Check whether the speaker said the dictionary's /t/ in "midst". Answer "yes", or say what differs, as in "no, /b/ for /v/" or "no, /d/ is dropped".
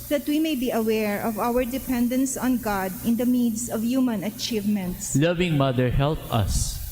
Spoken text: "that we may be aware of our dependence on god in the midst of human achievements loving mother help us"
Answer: no, /t/ is dropped